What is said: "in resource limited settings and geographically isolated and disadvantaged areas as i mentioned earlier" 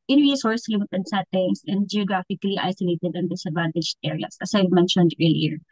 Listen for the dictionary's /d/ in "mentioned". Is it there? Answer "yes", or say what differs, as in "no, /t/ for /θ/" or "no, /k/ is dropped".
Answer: yes